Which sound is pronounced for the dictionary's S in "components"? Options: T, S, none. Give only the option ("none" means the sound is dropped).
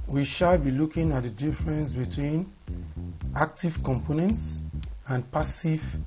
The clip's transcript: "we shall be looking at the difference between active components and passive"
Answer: S